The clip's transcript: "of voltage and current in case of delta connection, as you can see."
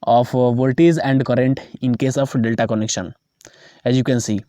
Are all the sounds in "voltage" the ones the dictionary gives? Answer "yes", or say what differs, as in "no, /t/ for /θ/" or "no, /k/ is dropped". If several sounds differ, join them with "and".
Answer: no, /z/ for /dʒ/